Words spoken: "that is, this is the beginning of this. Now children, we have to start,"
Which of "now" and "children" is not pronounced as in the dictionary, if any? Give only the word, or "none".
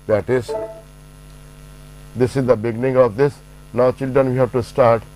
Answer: none